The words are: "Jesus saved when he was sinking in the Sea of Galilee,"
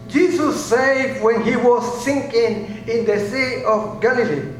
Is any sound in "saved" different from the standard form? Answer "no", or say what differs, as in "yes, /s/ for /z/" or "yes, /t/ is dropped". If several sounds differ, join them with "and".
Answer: yes, /v/ is dropped